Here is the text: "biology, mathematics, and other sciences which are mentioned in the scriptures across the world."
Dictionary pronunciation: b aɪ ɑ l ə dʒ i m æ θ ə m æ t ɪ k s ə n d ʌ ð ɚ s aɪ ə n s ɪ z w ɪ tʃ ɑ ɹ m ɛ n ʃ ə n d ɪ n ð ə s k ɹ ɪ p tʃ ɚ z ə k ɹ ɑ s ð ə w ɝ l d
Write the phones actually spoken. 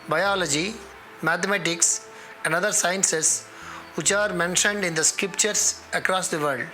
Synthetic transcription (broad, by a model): b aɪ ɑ l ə dʒ i m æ t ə m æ t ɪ k s ə n d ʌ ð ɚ s aɪ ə n s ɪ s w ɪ tʃ ɑ ɹ m ɛ n ʃ ə n d ɪ n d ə s k ɹ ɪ p tʃ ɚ s ə k ɹ ɑ s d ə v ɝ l d